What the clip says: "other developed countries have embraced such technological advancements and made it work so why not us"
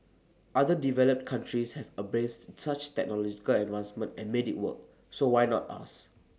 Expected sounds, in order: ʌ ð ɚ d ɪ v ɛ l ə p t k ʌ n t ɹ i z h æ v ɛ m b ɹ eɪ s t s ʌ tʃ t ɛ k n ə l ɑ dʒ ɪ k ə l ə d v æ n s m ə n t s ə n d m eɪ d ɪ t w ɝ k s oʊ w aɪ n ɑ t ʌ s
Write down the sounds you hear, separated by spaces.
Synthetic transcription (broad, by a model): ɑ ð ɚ d ɪ v ɛ l ə p t k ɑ n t ɹ i s h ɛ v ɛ b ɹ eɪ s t s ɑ tʃ t ɛ k n ə l ɑ dʒ ɪ k ə l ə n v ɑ n s m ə n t ə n m eɪ d ɪ t w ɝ k s oʊ w aɪ n ɑ t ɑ s